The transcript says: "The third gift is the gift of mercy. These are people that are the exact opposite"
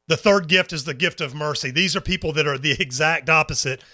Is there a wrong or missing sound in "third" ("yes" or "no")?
no